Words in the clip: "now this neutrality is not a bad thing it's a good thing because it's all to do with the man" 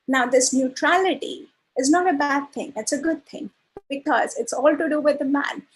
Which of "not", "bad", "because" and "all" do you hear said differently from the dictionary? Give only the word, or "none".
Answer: none